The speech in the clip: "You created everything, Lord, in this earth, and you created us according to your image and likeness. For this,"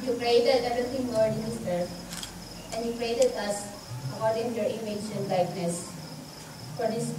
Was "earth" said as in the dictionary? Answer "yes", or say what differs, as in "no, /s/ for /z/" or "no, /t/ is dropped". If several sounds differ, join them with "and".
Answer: no, /f/ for /θ/